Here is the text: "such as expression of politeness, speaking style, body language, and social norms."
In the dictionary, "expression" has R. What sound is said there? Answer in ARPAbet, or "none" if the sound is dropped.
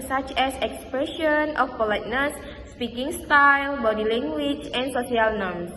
R